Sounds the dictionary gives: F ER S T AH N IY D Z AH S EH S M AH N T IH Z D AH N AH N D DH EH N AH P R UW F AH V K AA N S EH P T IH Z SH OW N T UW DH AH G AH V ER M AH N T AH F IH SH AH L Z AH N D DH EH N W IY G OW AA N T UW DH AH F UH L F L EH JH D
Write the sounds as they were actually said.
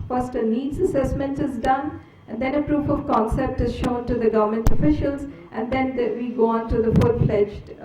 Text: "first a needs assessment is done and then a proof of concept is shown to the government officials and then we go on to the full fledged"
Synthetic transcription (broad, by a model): F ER S T AH N IY D Z AH S EH S M AH N T IH Z D AH N AH N D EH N AH P R UW F AH V K AA N S EH P T IH Z SH OW N T UW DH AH G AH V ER M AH N T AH F IH SH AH L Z AH N D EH N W IY G OW AA N T UW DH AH F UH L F L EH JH